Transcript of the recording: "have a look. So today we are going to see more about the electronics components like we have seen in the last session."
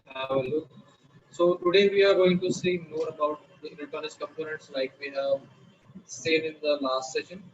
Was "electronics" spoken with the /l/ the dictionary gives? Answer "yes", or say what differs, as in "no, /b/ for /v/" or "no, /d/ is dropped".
no, /n/ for /l/